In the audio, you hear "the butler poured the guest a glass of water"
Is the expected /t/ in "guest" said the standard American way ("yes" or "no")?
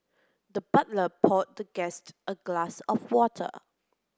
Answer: yes